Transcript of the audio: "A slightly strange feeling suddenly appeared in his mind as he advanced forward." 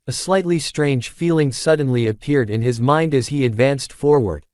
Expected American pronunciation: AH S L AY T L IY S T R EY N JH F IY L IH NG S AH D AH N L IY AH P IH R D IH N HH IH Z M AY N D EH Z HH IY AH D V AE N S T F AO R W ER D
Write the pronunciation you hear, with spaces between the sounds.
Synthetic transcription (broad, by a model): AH S L AY T L IY S T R EY N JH F IY L IH NG S AH D N L IY AH P IH R D IH N IH Z M AY N D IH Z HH IY AH D V AE N S T F AO R W ER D